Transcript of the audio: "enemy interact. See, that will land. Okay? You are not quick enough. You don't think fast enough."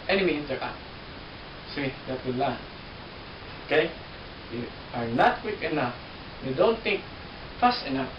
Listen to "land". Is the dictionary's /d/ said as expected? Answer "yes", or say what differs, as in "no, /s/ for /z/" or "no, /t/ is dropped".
no, /d/ is dropped